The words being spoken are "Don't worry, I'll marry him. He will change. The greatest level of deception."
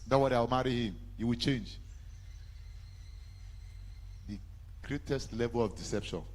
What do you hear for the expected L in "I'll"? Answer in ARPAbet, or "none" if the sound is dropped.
W